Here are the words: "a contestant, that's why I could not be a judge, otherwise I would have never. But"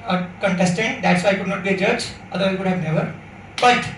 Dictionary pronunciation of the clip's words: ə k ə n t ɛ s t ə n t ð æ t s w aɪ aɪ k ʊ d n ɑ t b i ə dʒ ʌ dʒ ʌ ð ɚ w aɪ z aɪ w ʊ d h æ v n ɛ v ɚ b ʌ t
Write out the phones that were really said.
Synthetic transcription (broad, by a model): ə k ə n t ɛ s t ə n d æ t s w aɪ aɪ k ʊ d n ɑ t b i ə dʒ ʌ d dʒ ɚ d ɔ i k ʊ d h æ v n ɛ v ɚ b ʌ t